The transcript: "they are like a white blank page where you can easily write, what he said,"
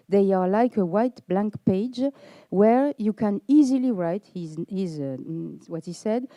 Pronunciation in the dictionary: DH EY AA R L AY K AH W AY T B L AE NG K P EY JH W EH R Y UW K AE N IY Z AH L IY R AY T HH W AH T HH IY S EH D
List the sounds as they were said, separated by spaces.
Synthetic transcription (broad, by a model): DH EY AA R L AY K AH W AY T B L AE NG K P EY JH W EH R Y UW K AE N IY Z AH L IY R AY T HH W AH T HH IY S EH D